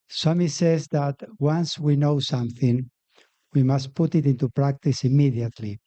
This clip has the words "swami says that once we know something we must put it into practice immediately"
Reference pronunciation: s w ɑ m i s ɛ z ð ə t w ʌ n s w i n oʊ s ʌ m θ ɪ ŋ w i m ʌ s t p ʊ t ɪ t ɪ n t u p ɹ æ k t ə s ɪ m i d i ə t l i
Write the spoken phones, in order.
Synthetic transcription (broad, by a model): s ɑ m i s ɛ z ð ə t w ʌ n s w i n oʊ s ʌ m θ ɪ ŋ w i m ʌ s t p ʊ t ɪ t ɪ n t u p ɹ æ k t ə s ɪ m i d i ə t l i